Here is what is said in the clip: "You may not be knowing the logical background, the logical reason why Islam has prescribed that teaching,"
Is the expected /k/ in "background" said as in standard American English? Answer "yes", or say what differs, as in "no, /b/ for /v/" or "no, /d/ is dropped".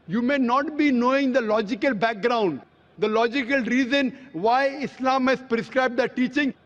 yes